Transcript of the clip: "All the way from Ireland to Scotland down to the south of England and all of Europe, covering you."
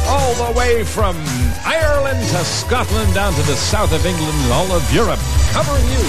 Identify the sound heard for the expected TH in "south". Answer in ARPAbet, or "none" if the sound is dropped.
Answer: TH